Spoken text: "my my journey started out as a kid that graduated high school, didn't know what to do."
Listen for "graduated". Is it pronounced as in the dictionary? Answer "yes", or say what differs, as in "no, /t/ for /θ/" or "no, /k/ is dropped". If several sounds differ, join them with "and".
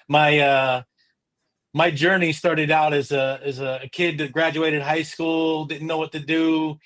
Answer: yes